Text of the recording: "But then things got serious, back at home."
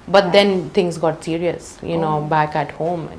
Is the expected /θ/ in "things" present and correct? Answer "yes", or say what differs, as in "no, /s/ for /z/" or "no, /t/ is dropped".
no, /t/ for /θ/